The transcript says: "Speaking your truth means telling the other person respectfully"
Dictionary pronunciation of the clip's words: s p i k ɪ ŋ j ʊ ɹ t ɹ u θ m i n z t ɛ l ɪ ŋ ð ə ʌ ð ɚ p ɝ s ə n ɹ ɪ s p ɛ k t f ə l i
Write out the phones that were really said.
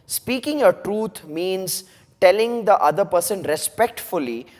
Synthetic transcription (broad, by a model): s p i k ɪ ŋ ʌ t ɹ u t m i n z t ɛ l ɪ ŋ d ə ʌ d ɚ p ɝ s ə n ɹ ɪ s p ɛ k t f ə l i